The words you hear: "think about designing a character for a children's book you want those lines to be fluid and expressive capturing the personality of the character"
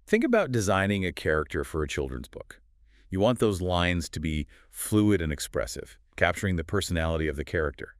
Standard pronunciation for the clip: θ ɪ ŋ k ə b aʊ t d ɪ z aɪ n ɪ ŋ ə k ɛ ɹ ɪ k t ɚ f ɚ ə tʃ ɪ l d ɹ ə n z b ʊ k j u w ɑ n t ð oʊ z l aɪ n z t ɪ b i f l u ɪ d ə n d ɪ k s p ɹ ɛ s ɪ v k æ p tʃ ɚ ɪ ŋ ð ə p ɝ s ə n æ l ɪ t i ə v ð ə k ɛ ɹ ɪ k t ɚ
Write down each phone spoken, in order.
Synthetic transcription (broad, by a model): θ ɪ ŋ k ə b aʊ t d ɪ z aɪ n ɪ ŋ ə k ɛ ɹ ɪ k t ɚ f ɚ ə tʃ ɪ l d ɹ ə n z b ʊ k j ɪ w ɑ n ð oʊ z l aɪ n z t ɪ b i f l u ɪ d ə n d ɪ k s p ɹ ɛ s ɪ v k æ p tʃ ɚ ɪ ŋ ð ə p ɝ s ə n æ l ɪ t i ə v ð ə k ɛ ɹ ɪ k t ɚ